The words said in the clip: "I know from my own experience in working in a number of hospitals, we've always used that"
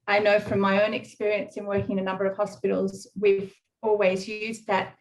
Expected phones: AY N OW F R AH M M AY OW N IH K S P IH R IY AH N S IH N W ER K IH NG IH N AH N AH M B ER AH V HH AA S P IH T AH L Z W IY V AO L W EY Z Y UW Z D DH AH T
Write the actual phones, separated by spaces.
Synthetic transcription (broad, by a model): AY N OW F R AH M M AY OW N IH K S P IH R IY AH N S IH N W ER K IH NG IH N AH N AH M B ER AH V HH AA S P IH T L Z W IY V AO L W EY Z Y UW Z DH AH T